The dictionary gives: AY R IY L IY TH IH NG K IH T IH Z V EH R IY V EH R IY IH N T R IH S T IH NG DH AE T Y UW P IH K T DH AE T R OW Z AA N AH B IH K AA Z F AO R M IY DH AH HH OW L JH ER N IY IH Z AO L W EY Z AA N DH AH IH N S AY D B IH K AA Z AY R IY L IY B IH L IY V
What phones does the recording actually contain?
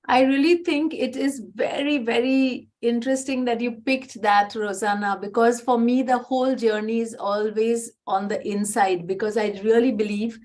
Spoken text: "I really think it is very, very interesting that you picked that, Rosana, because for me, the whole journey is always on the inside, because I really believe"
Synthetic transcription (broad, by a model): AY R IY L IY T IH NG K IH T IH Z V EH R IY V EH R IY IH N T R IH S T IH NG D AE T Y UW P IH K T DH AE T R OW Z AA N AH B IH K AA Z F AO R M IY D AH HH OW L JH ER N IY IH Z AO L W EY Z AA N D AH IH N S AY D B IH K AA Z AY R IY L IY B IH L IY V